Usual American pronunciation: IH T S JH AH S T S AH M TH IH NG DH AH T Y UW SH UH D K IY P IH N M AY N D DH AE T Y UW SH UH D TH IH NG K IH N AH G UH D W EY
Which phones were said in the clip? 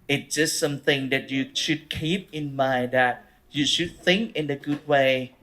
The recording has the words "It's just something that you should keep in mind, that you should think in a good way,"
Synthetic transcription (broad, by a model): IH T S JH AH S T S AH M TH IH NG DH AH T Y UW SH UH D K IY P IH N M AY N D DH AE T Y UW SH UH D TH IH NG K IH N AH G UH D W EY